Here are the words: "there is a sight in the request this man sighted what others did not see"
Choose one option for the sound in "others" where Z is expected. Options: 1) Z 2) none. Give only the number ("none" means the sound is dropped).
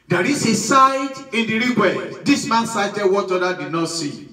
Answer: 2